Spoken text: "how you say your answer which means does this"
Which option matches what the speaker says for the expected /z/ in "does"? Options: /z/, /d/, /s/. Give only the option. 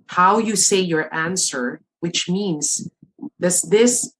/s/